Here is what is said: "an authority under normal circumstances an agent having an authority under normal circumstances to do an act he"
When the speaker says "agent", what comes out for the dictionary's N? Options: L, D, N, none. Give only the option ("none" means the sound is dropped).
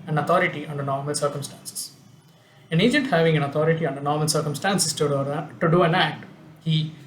N